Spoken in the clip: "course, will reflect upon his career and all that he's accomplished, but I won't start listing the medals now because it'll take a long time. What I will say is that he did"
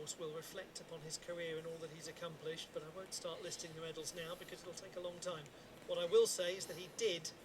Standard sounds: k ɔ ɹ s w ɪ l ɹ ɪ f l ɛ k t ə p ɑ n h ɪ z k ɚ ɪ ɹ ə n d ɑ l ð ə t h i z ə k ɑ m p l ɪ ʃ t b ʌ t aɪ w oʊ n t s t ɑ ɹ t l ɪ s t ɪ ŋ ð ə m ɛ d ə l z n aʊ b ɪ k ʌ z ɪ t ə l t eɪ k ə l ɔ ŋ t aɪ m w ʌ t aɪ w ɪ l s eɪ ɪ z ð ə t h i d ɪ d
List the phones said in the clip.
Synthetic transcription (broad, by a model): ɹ s w ɪ l ɹ ɪ f l ɛ k t ə p ɑ n ɪ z k ɚ ɪ ɹ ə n ɑ l ð ə t h i z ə k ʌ m p l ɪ ʃ t b ʌ t aɪ w oʊ n t s t ɑ ɹ t l ɪ s t ɪ ŋ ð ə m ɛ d l z n aʊ b ɪ k ʌ z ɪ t l t eɪ k ə l ɔ ŋ t aɪ m w ʌ t aɪ w ɪ l s eɪ ɪ z ð ə t h i d ɪ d